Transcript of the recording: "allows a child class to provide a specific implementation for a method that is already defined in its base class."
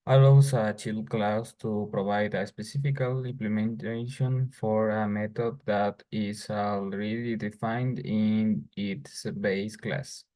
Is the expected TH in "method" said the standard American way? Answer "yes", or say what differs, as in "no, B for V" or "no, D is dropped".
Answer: no, T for TH